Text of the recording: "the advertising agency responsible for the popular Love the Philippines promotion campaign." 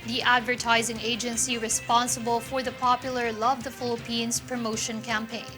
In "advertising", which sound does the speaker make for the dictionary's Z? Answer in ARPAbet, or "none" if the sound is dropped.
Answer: Z